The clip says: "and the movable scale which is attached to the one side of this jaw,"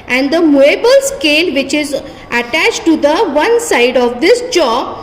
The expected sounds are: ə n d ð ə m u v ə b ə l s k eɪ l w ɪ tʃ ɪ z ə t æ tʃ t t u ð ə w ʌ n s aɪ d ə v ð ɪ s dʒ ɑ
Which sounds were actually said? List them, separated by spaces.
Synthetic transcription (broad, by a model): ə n d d ə m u ə b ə l s k eɪ l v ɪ tʃ ɪ z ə t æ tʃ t t u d ə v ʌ n s aɪ d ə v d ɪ s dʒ ɑ